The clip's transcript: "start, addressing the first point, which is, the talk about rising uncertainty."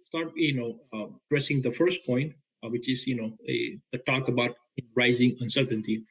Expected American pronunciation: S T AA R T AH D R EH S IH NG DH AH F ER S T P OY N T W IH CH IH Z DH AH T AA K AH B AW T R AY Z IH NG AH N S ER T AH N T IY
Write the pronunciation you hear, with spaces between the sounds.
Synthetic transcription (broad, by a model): S T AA R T AH D R EH S IH NG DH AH F ER S T P OY N T W IH CH IH Z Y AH T AA K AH B AW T R AY Z IH NG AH N S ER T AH N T IY